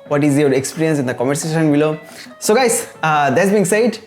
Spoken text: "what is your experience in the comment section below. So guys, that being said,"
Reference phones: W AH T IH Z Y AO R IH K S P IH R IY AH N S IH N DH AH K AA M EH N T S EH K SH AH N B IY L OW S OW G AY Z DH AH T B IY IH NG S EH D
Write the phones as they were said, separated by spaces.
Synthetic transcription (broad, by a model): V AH T IH Z Y AO R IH K S P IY R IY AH N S IH N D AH K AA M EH T S EH SH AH N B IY L OW S OW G AY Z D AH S B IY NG S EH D